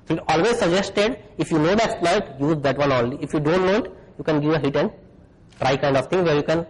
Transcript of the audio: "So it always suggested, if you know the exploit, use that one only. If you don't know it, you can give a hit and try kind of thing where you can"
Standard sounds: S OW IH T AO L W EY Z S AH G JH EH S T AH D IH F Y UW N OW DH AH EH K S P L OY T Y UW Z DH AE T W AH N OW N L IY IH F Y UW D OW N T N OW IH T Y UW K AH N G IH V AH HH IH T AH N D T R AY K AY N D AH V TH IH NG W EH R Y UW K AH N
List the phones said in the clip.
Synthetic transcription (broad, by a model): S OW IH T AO L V EY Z S AH G JH EH S T AH D IH F Y UW N OW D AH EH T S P L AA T Y UW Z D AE T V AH N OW L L IY IH F Y UW D OW N T N OW IH T Y UW K AH N G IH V AH HH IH T AH N D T R AY K AY N D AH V T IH NG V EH R Y UW K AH N